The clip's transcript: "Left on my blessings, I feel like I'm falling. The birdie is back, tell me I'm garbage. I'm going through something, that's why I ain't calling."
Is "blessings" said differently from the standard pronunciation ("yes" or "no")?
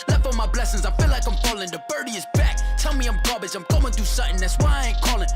no